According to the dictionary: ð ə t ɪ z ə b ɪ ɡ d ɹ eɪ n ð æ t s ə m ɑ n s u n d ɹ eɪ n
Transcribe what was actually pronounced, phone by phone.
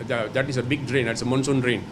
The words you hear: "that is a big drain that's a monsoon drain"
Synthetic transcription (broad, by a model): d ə t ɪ s ə b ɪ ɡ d ɹ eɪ n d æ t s ə m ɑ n s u n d ɹ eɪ n